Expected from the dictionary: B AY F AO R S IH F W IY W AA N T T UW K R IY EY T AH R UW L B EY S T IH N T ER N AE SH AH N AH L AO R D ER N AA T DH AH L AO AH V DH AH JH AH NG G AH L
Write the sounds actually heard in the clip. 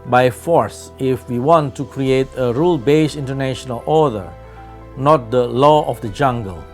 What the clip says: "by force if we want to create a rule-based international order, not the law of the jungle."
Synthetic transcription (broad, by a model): B AY F AO R S IH F W IY W AA N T T UW K R IY EY T AH R UW L B EY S IH N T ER N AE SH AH N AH L AO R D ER N AA T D AH L AO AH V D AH JH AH NG G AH L